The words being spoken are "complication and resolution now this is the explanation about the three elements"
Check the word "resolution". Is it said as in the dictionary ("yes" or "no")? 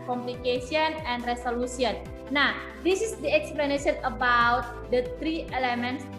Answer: no